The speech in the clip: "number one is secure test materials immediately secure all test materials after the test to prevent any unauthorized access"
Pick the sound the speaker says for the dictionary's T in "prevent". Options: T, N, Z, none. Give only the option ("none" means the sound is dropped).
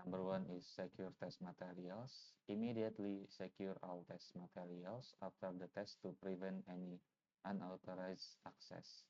T